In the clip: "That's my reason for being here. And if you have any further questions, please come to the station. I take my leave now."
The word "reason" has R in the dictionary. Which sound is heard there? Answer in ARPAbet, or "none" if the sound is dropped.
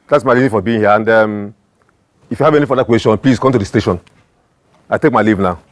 L